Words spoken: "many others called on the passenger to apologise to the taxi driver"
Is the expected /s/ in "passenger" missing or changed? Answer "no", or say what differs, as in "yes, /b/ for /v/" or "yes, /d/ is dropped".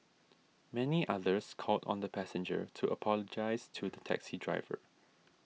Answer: no